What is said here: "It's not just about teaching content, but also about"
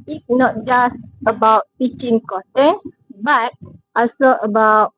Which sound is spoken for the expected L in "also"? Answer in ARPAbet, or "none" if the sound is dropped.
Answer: none